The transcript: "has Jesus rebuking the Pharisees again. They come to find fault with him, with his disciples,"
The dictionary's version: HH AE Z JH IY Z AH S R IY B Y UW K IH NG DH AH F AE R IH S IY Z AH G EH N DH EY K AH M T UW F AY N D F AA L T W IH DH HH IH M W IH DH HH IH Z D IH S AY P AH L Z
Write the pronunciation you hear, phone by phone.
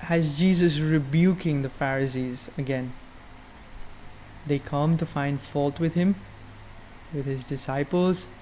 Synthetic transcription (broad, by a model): HH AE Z JH IY Z AH S R IY B Y UW K IH NG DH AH F AE R IH S IY Z AH G EH N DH EY K AH M T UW F AY N D F AA L T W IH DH HH IH M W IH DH HH IH Z D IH S AY P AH L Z